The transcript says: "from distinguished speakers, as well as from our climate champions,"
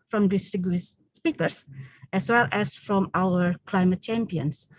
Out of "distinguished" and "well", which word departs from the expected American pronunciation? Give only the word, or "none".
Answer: distinguished